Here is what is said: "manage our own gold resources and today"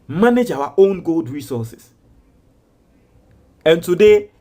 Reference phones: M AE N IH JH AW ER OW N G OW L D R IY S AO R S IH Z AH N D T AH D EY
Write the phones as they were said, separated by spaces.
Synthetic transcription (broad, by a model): M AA N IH JH AW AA OW N G OW L D R IY S AO S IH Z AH N T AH D EY